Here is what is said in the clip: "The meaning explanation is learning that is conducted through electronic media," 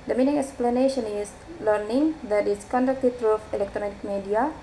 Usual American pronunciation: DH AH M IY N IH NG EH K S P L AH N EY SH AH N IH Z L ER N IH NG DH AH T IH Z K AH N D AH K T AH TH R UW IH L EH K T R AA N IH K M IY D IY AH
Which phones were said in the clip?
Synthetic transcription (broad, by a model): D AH M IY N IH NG EH K S P L AH N EY SH AH N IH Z L ER N IH NG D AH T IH S K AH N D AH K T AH T R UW IH L EH K T R AA N IH K M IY D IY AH